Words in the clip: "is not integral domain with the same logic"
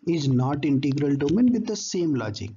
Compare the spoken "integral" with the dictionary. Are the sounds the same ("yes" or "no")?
yes